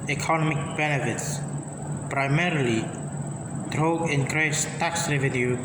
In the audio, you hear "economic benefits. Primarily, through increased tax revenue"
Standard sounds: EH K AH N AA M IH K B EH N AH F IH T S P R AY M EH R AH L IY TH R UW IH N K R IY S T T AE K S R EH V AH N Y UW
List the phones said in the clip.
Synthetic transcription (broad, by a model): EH K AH N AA M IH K B EH N AH F IH T S P R AY M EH R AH L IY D R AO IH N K R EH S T T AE K S R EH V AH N Y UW